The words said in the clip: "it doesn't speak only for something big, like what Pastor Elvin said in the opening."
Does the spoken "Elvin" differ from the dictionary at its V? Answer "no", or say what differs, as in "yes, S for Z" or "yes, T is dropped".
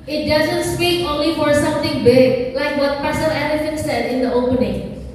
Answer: yes, F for V